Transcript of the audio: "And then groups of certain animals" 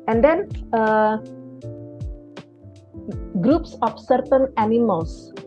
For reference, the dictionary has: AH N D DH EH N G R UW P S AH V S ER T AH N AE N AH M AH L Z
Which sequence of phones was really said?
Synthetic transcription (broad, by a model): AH N D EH N G R UW P S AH F S ER T AH N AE N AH M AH L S